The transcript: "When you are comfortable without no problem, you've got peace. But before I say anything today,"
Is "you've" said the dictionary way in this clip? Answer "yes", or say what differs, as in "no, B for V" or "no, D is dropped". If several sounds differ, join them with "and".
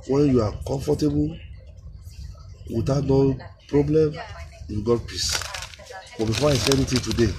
no, W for V